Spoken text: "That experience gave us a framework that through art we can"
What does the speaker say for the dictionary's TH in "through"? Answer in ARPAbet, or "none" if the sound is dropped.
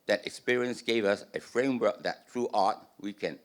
T